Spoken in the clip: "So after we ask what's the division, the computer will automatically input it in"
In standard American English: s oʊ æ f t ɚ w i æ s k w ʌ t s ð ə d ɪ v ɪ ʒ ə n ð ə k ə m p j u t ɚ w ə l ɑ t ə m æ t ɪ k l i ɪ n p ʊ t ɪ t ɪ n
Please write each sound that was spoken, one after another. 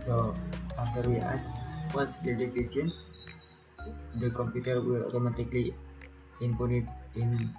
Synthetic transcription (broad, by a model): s oʊ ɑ f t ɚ w i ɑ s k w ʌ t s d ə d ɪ f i s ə n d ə k ə m p j u t ɚ w ə l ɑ t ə m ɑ t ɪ k l i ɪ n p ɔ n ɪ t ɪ n